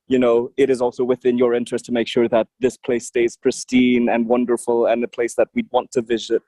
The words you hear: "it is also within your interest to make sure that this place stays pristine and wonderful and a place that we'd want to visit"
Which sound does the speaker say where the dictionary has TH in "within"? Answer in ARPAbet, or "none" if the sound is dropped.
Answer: TH